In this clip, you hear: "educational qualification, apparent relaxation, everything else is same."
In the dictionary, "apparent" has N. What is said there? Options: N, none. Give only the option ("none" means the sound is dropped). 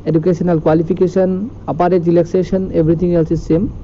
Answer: none